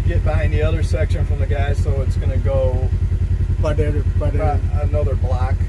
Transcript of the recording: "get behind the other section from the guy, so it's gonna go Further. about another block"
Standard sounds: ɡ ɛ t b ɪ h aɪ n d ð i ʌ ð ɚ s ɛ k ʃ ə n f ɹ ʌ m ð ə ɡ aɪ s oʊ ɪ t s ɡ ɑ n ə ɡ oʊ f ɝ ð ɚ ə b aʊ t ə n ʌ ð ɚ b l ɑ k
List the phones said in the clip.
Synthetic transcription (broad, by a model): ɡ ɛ t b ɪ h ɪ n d ð i ʌ ð ɚ s ɛ k ʃ ə n f ɹ ʌ m ð ə ɡ aɪ s oʊ ɪ t s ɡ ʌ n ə ɡ oʊ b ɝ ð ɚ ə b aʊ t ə n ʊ ð ɚ b l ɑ k